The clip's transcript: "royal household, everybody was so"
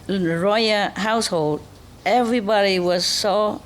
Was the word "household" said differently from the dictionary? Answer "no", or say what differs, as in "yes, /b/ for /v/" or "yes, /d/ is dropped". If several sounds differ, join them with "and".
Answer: no